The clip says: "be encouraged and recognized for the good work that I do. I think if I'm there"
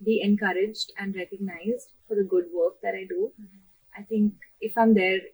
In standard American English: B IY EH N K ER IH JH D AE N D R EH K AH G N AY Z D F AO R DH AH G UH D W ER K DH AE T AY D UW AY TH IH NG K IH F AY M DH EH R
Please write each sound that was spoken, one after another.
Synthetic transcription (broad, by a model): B IY EH N K ER IH JH D AE N D R EH K AH G N AY Z D F AO R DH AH G UH D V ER K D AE T AY D UW AY T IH NG K IH F AY M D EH R